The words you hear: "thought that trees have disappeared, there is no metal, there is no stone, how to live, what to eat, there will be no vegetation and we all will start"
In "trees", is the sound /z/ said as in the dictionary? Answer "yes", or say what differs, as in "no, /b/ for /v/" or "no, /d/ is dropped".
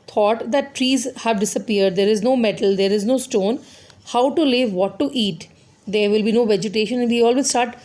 yes